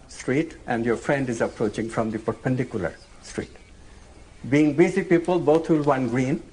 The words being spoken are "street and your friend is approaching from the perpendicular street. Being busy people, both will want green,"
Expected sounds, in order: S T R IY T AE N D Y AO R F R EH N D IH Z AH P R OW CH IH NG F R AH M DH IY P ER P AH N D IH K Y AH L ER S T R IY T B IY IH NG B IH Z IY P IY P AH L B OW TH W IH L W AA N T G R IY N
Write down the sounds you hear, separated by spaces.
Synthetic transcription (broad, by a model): S T R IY T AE N D Y AO R F R EH N D IH Z AH P R OW CH IH NG F R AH M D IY P ER P AH N D IH K Y AH L ER S T R IY T B IY IH NG B IH Z IY P IY P AH L B OW T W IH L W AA N G R IY N